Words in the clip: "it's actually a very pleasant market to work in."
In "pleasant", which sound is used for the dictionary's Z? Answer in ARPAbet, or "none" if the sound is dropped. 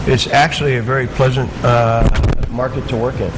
Z